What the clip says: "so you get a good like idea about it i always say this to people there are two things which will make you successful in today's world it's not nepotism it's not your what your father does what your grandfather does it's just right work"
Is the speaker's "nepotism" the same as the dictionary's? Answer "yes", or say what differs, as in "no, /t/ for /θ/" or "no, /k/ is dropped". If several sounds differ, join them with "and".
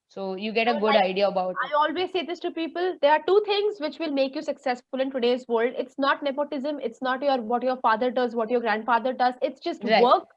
yes